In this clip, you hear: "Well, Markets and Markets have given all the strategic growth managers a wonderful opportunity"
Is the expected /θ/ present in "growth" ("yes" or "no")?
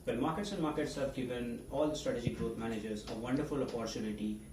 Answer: no